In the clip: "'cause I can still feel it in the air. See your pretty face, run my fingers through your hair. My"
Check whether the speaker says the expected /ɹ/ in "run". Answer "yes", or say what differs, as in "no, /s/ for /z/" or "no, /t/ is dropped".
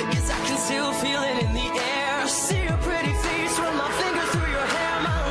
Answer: no, /w/ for /ɹ/